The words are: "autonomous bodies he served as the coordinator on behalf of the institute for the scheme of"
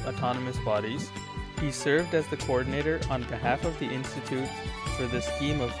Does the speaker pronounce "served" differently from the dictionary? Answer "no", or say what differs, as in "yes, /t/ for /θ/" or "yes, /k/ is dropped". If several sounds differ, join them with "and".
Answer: no